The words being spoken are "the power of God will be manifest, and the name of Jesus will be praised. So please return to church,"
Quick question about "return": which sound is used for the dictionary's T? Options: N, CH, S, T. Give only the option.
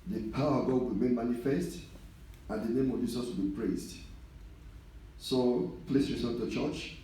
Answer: S